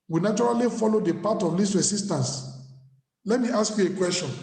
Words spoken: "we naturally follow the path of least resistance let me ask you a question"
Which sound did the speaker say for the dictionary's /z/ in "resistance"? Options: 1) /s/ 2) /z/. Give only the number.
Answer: 1